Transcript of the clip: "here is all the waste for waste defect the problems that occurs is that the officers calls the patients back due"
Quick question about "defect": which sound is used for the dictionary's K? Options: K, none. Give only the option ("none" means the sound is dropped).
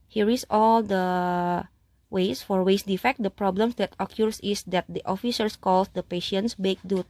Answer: K